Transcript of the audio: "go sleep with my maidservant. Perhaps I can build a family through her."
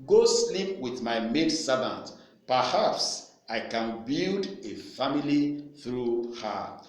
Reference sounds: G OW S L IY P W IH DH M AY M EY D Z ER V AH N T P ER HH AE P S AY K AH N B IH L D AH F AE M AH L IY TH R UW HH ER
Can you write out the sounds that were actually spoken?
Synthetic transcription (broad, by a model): G OW S L IY P W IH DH M AY M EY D S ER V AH N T P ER HH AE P S AY K AH N B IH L D AH F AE M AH L IY TH R UW HH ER